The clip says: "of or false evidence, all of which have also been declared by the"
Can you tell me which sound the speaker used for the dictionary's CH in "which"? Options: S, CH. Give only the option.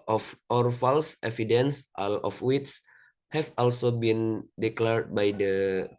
S